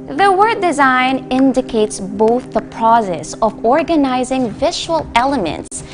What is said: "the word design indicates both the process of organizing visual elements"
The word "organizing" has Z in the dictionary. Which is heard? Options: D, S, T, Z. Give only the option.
Z